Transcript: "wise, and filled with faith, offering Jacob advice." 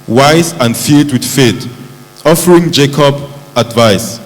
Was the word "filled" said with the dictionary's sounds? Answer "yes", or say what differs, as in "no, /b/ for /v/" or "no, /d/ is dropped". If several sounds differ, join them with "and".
no, /l/ is dropped